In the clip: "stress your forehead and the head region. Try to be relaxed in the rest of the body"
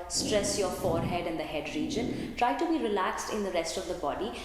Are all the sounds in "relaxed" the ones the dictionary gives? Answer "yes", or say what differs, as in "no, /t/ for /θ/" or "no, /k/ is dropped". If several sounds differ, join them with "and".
yes